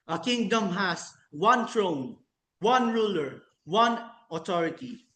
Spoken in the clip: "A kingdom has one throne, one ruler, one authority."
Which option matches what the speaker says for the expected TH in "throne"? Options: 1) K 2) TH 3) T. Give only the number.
3